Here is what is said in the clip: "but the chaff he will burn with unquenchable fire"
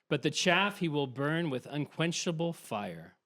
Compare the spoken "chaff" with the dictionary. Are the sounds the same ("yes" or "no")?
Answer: yes